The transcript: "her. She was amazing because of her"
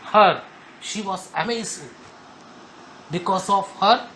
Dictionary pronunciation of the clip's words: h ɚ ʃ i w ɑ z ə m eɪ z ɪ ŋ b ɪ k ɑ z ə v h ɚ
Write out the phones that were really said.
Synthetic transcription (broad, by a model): h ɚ ʃ i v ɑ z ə m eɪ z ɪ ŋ b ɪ k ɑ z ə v h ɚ